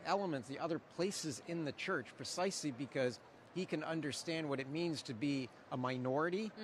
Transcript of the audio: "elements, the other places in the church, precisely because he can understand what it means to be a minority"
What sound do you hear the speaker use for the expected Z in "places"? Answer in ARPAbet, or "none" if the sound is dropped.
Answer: Z